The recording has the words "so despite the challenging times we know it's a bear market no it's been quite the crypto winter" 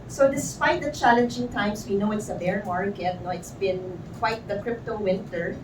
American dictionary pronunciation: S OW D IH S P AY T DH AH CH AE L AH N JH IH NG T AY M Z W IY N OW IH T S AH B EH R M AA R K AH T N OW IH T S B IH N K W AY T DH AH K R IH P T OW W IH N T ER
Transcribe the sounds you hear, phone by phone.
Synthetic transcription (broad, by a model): S OW D IH S P AY T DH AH CH AE L AH N JH IH NG T AY M S W IY N OW IH T S AH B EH R M AA R K AH T N OW IH T S B IH N K W AY T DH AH K R IH P T OW W IH N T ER